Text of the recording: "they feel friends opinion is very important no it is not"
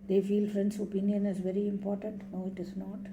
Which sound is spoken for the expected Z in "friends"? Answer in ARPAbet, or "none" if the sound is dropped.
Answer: S